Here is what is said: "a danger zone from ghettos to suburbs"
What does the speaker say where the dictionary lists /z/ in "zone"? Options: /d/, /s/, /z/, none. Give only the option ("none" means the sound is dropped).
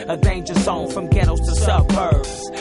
/s/